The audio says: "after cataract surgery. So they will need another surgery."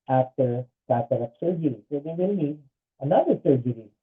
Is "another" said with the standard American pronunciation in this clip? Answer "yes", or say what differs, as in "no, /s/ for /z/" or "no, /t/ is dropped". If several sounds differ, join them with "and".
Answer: yes